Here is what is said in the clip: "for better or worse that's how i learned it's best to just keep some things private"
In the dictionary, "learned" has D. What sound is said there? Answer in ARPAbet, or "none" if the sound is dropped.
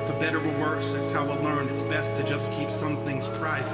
none